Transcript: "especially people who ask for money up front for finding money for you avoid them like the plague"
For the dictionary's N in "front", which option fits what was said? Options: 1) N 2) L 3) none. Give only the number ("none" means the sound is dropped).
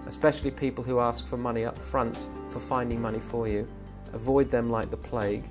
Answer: 1